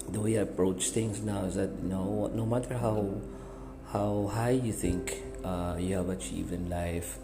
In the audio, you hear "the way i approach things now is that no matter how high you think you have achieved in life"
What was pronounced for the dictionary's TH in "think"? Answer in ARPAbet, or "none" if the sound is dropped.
T